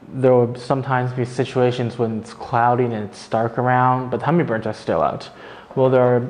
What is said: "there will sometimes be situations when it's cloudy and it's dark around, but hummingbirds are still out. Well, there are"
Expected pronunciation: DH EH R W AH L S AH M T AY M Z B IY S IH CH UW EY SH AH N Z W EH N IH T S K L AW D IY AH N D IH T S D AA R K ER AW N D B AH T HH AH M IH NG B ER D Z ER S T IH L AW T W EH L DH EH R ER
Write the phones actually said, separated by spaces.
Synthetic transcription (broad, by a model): DH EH R W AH S AH M T AY M Z B IY S IH CH UW EY SH AH N Z W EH N IH T S K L AW D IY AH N IH T S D AA R K ER AW N D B AH T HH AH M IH B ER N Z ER S T IH L AW T W EH L DH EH R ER